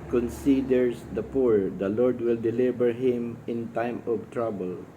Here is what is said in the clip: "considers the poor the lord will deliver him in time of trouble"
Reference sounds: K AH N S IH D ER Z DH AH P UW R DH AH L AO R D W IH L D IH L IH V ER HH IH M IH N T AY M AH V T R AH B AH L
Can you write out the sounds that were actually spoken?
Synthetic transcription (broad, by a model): K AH N S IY D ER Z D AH P UW R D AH L AO R D W IH L D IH L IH B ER HH IH M IH N T AY M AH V T R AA B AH L